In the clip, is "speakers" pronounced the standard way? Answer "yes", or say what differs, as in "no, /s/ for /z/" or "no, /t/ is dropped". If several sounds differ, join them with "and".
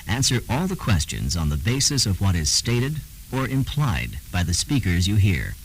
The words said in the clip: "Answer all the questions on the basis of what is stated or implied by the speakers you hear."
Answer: yes